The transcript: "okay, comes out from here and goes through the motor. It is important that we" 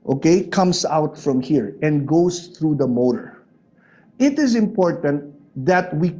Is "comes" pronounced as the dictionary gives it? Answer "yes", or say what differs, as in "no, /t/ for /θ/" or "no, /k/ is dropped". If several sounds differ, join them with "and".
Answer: no, /s/ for /z/